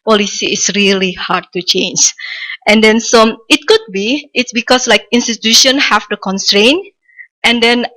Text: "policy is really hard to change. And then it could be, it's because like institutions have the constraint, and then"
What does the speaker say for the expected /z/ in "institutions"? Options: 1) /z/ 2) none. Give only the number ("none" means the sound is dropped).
2